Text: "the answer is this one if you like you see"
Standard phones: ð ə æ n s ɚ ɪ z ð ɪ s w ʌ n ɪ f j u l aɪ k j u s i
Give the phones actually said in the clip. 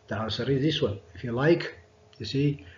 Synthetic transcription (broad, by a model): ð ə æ s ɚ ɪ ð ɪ s w ʌ n ɪ f j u l aɪ k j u s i